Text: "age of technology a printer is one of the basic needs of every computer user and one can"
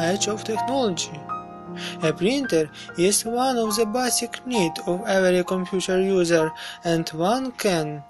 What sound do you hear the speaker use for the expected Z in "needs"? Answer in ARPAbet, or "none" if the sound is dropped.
none